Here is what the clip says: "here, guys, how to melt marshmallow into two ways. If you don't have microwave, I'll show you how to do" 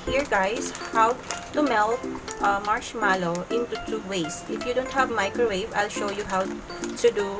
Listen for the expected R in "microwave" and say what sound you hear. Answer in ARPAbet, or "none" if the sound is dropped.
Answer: R